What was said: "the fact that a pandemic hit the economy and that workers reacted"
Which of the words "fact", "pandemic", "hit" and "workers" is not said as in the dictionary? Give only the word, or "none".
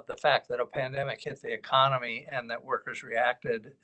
none